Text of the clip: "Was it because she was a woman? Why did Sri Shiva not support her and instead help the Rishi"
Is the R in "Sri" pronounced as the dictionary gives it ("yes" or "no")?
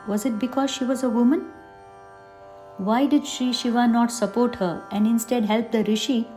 no